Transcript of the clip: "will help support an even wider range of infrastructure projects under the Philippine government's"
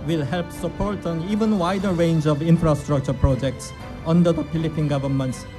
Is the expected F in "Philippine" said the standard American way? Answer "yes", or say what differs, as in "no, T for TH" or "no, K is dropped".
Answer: no, P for F